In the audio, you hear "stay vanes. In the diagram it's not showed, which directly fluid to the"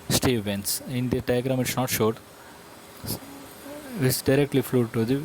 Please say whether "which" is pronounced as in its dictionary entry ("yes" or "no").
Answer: no